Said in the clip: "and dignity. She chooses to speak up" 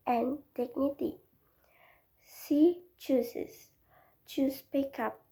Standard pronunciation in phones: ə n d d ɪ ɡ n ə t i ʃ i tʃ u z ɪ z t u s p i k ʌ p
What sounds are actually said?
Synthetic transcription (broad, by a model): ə n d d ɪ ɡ n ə t i s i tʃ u s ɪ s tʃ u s p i k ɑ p